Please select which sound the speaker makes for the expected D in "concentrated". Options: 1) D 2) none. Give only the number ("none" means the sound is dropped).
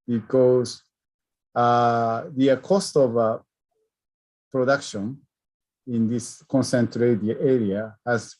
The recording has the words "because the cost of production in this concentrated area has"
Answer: 2